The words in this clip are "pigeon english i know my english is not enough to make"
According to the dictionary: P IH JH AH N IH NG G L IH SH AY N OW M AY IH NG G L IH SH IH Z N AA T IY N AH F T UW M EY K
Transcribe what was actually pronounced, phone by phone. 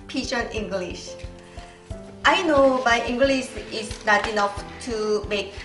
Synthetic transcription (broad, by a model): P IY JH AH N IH NG G L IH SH AY N OW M AY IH NG G L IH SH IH S N AA T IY N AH F T UW M EY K